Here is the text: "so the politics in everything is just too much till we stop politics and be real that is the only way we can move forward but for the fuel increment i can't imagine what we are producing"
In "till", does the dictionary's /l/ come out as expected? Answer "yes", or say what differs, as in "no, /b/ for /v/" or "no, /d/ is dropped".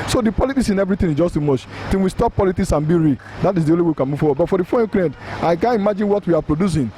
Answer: no, /n/ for /l/